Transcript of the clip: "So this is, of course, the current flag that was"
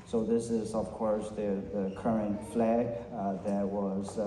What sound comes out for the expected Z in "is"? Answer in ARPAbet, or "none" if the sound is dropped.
Z